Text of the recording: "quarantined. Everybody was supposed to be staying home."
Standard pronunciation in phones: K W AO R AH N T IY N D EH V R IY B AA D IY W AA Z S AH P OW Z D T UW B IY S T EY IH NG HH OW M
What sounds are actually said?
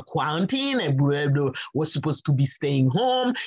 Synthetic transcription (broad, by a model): K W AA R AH N T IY N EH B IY EH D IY W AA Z S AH P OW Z T UW B IY S T EY IH NG HH OW M